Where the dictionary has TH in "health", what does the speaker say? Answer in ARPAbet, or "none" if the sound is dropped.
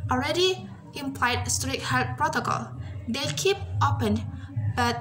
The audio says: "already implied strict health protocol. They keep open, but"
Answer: T